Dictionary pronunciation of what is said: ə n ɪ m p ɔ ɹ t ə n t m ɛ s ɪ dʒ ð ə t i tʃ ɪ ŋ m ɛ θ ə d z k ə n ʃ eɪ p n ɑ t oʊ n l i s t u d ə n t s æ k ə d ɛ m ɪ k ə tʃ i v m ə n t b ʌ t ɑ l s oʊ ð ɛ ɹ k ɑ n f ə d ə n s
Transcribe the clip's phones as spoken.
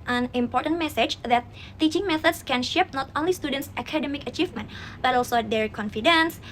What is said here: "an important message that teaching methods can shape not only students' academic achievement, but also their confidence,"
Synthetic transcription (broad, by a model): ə n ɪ m p ɔ ɹ t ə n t m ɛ s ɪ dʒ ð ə t i tʃ ɪ ŋ m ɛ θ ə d s k ə n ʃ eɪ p n ɑ t oʊ n l i s t u d ə n t s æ k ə d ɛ m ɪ k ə tʃ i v m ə n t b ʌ t ɑ l s oʊ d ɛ ɹ k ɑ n f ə d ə n s